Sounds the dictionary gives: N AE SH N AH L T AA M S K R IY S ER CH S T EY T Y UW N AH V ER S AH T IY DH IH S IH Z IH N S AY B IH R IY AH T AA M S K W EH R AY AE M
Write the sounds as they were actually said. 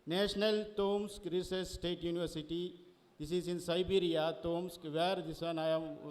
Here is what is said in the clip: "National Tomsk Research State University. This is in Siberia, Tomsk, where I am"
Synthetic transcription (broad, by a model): N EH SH N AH L T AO M S K R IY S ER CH S T EY T Y UW N AH V ER S AH T IY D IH S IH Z IH N S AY B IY R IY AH T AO M S K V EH R AY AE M